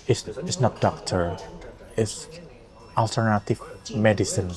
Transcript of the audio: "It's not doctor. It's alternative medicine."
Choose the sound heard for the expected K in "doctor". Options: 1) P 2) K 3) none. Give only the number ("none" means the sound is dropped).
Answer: 2